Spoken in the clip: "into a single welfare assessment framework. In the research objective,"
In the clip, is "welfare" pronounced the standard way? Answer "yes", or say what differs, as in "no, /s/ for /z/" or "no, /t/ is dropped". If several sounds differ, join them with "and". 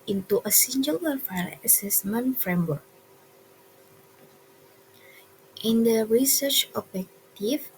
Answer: no, /l/ is dropped